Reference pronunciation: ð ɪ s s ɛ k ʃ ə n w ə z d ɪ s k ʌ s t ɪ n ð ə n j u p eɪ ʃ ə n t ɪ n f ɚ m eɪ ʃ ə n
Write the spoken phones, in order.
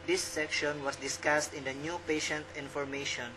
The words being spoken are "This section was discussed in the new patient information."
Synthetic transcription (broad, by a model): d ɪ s s ɛ k ʃ ə n w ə s d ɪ s k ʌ s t ɪ n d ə n j u p eɪ ʃ ə n t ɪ n f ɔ m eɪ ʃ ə n